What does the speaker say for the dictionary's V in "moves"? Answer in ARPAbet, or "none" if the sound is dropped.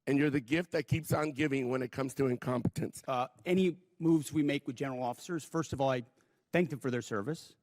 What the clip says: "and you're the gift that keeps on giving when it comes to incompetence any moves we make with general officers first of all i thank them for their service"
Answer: V